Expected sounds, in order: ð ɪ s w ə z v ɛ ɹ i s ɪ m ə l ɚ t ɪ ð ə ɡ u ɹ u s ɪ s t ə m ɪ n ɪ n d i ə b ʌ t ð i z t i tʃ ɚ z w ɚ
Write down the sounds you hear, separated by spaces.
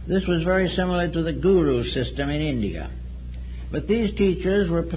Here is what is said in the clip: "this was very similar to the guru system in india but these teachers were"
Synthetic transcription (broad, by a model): ð ɪ s w ə z v ɛ ɹ i s ɪ m l ɚ t ɪ ð ə ɡ u ɹ u s ɪ s t ə m ɪ n ɪ n d i ə b ʌ t ð i z t i tʃ ɚ z w ɚ